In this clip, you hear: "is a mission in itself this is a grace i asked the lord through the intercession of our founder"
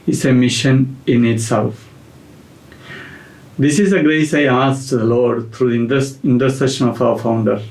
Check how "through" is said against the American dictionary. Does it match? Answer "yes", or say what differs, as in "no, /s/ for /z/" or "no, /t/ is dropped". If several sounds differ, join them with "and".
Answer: no, /t/ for /θ/